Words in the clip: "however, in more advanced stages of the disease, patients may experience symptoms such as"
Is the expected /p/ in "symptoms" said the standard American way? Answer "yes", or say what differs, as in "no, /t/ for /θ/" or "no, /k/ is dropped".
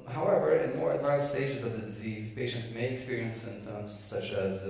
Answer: yes